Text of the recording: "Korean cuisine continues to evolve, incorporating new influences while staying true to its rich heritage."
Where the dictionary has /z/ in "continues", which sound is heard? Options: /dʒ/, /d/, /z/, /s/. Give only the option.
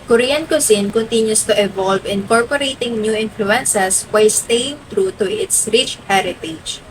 /s/